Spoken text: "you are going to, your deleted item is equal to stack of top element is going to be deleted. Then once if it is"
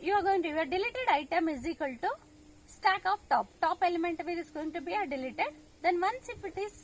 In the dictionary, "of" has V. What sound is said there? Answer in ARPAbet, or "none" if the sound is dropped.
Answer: P